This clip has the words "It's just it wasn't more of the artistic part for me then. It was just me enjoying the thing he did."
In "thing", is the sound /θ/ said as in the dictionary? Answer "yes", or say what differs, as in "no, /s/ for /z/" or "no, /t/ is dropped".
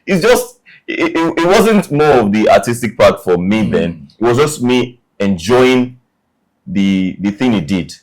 yes